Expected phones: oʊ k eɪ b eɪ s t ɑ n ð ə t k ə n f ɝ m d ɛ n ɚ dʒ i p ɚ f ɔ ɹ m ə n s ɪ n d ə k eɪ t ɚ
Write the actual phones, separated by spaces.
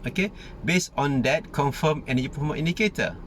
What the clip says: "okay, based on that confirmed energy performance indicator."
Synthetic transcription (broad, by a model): oʊ k eɪ b eɪ s ɑ n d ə t k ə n f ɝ m ɛ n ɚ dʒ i p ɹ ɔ m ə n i n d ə k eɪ t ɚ